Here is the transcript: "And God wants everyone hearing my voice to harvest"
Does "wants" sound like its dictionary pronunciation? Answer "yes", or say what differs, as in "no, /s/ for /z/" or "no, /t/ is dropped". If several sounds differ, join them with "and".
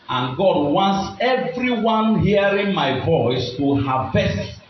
yes